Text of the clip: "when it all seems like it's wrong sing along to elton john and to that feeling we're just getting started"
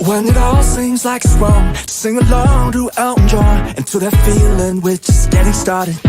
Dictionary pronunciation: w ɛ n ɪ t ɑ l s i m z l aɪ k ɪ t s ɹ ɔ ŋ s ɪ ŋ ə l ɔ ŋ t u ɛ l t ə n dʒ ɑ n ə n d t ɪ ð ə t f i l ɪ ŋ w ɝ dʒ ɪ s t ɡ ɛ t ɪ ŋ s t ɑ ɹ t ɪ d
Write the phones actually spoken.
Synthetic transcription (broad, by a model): w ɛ n ɪ t ɑ l s i m z l aɪ k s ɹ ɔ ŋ s ɪ ŋ ə l ɔ ŋ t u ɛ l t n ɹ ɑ ə n t ɪ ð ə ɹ f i l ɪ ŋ w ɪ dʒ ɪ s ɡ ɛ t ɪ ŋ s t ɑ ɹ t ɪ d